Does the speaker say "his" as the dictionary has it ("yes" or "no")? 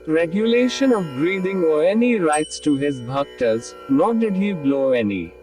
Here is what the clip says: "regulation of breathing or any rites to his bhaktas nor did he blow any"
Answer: yes